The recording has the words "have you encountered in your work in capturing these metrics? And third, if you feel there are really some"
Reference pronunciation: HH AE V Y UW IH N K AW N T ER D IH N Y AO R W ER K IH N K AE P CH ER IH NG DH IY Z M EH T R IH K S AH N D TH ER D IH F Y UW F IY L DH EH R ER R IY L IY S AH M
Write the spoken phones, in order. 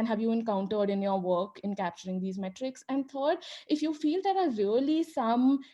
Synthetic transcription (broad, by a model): HH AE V Y UW IH N K AW N T ER D IH N Y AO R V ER K IH N K AE P CH ER IH NG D IY Z M EH T R IH K S AH N D T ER D IH F Y UW F IY L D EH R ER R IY L IY S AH M